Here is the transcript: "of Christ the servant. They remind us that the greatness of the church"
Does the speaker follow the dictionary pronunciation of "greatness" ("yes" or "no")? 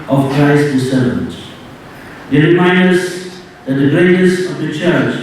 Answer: no